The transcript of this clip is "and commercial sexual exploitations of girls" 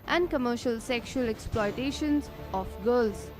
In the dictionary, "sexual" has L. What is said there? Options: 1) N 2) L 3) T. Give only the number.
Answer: 2